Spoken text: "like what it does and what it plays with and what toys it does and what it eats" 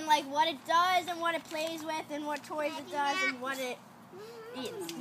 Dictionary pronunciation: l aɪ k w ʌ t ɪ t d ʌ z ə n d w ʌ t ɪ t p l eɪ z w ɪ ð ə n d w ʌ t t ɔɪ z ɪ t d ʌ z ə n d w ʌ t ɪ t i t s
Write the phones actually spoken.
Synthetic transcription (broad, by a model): l aɪ k w ʌ t ɪ t d ʌ z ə n w ʌ t ɪ t p l eɪ z w ɪ ð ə n w ʌ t t ɔɪ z ɪ t d ʌ z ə n w ʌ t ɪ t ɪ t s